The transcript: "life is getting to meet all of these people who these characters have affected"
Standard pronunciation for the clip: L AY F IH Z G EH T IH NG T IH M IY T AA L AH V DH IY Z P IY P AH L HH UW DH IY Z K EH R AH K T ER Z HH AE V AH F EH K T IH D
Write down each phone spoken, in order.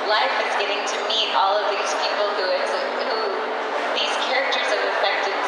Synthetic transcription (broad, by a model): L AY F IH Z G EH T IH NG T IH M IY T AA L AH V DH IY Z P IY P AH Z HH UW DH IY Z K EH R AH K T ER Z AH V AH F EH K T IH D